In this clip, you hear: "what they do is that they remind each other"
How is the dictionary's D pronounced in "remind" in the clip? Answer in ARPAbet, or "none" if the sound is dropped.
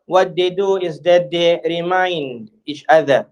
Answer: D